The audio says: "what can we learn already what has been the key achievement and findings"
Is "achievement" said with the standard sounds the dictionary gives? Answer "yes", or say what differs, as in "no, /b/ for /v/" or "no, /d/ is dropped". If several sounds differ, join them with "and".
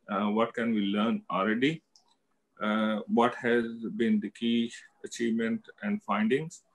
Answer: yes